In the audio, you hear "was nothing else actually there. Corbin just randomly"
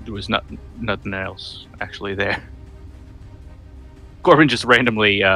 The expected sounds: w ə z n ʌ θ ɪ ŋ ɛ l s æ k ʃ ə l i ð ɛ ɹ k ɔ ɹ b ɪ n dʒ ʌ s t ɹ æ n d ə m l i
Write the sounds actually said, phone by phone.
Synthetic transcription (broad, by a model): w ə z n ʌ θ ɪ ŋ ɛ l s æ k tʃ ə l i ð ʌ ɹ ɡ ɔ ɹ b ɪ n dʒ ʌ s t ɹ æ n d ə m l i